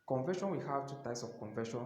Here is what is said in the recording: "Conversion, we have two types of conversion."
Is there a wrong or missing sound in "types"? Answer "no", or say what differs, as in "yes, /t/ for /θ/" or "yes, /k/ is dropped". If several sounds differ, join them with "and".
no